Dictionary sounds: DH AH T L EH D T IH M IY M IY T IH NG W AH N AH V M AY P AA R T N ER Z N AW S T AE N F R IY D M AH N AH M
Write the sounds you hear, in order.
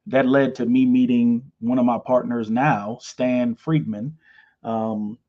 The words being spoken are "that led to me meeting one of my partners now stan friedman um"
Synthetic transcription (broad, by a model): DH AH T L EH D T IH M IY M IY T IH NG W AH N AH V M AY P AA R T N ER Z N AW S T AE N F R IY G M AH N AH M